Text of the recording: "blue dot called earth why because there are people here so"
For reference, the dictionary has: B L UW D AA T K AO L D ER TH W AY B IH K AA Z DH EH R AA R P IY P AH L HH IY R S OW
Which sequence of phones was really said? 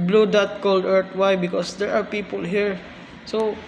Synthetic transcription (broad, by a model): B L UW D AA T K AO L D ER T W AY B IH K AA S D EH R AA R P IY P AH L HH IY R S OW